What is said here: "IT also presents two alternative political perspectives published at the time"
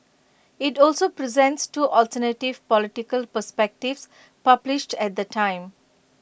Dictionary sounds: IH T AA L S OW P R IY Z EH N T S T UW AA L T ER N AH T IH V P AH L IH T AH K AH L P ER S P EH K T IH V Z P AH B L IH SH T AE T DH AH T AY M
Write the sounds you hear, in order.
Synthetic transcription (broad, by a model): IH T AA L S OW P R IY Z EH N T S T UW AA L T ER N AH T IH V P AH L IH T AH K AH L P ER S P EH K T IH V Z P AH B L IH SH T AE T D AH T AY M